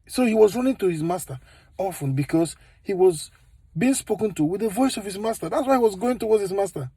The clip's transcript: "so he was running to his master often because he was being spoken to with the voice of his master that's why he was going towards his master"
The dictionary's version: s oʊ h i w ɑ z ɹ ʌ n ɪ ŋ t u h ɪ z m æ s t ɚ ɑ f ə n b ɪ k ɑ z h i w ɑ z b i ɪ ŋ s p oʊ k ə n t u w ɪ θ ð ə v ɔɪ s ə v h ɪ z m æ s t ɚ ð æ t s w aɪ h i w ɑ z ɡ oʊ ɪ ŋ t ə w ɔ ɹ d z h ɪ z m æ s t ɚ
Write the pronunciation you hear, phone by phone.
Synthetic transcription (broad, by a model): s oʊ h i w ɑ z ɹ ʌ n ɪ ŋ t u h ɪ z m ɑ s t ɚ ɑ f ə n b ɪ k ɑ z h i w ɑ z b i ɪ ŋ s p oʊ k ə n t u w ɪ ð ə v ɔɪ s ə v h ɪ z m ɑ s t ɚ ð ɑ t s w aɪ h i w ɑ z ɡ oʊ ɪ ŋ t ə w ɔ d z h ɪ z m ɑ s t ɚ